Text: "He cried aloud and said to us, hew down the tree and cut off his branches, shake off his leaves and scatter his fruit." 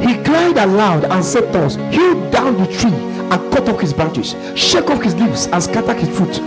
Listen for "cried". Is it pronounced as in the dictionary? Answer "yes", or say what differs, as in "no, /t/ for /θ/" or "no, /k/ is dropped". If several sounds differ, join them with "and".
no, /l/ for /ɹ/